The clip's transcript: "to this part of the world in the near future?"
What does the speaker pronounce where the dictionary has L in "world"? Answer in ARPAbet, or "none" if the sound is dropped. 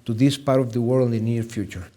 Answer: N